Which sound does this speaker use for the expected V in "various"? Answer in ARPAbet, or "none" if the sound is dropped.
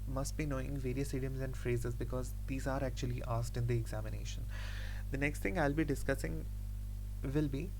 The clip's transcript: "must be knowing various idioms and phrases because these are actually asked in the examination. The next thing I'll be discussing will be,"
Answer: V